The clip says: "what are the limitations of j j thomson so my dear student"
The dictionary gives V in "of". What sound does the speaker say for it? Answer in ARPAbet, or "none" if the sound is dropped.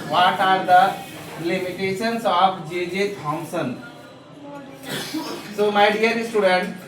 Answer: B